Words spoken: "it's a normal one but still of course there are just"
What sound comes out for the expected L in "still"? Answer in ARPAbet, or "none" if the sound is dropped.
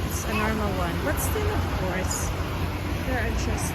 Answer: N